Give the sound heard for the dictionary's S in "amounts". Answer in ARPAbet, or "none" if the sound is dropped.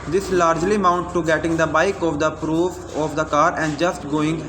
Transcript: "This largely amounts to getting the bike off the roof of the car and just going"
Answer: none